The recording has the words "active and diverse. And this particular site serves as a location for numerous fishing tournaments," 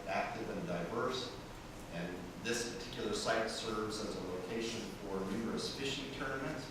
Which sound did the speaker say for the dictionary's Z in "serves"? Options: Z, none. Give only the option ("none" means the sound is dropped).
Z